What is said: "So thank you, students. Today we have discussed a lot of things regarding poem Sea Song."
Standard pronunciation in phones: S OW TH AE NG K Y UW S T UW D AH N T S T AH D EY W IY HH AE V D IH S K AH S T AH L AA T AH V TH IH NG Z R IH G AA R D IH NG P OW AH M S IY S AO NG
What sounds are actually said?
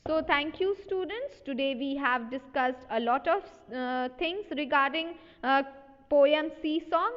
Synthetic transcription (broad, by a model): S OW T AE NG K Y UW S T UW D AH N T S T AH D EY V IY HH AE V D IH S K AH S T AH L AA T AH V T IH NG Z R IH G AA R D IH NG P OW AH M S IY S AO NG